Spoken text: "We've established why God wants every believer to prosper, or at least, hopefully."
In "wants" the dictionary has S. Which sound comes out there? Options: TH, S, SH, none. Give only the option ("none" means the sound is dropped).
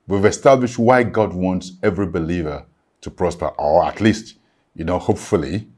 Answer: S